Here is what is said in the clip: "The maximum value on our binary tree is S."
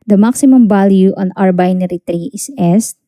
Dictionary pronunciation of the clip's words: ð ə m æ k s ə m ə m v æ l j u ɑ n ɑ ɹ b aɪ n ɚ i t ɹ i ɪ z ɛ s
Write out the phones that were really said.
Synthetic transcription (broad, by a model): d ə m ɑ k s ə m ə m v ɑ l j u ɑ n ɑ ɹ b aɪ n ɚ i t ɹ i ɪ s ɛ s